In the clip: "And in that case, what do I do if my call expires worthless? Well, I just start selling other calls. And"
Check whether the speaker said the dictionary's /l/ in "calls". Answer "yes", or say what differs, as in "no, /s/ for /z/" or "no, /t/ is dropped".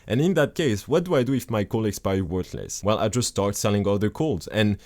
yes